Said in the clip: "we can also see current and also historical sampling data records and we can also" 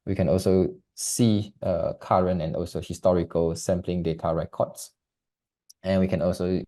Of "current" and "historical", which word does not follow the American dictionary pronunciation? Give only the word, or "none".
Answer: current